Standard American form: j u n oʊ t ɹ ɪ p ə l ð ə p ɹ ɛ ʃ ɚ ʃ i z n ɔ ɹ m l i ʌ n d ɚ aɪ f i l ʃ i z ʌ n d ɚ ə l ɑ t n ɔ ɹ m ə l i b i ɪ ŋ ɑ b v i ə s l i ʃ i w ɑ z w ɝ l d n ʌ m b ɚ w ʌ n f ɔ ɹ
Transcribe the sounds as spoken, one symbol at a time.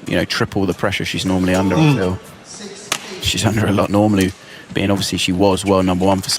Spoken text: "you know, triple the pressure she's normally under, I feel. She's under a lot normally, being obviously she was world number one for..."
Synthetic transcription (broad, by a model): j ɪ n oʊ t ɹ ɪ p ə l ð ə p ɹ ɛ ʃ ɚ ʃ i z n ɔ ɹ m l i ʌ n d ɚ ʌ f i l ʃ i z ʌ n d ɚ ə l ɑ t n ɔ ɹ m ə l i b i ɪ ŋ ɑ b v i ə s l i ʃ i w ɑ z w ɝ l n ʌ m b ɚ w ʌ n f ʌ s